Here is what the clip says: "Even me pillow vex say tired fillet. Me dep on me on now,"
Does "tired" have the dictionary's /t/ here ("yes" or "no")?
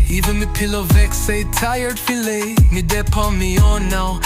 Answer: yes